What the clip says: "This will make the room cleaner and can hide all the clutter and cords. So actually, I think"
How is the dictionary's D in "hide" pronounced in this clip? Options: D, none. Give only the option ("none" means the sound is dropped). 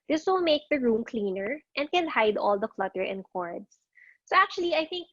D